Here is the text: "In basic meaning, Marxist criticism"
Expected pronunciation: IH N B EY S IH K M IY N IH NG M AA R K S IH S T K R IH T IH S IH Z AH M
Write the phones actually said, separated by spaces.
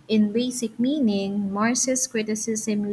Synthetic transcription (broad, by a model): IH N B EY S IH K M IY N IH NG M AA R S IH S K R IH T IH S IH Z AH M